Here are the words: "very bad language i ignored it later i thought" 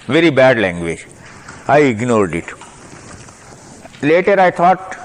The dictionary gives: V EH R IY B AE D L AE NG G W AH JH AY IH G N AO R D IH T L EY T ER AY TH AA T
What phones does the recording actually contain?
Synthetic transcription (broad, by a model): V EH R IY B AE D L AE NG G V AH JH AY IH G N AO R D IH T L EY T ER AY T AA T